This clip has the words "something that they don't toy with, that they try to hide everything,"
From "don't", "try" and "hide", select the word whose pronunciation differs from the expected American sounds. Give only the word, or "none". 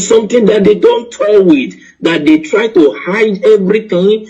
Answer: none